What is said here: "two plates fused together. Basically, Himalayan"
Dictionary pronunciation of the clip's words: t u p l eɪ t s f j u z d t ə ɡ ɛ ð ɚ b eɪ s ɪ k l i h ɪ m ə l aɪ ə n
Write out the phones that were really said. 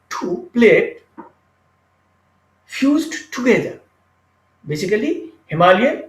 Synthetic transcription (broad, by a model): t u p l eɪ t f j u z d t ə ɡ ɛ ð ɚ b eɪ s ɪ k l i h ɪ m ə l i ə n